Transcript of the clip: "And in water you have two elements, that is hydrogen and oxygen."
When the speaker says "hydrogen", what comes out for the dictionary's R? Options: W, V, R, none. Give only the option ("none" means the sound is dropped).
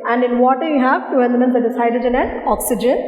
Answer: none